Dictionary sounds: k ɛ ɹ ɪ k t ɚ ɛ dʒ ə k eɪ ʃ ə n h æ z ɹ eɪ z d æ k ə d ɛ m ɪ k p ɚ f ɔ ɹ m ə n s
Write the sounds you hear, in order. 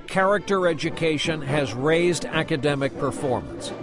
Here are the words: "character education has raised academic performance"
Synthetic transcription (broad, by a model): k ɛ ɹ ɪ k t ɚ ɛ dʒ ə k eɪ ʃ ə n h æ z ɹ eɪ z d æ k ə d ɛ m ɪ k p ɚ f ɔ ɹ m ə n s